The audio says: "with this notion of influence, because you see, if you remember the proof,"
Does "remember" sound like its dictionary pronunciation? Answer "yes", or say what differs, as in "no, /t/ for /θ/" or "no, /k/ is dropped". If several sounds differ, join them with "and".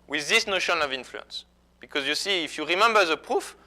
yes